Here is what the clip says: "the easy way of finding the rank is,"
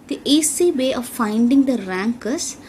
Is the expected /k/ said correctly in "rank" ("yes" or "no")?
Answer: yes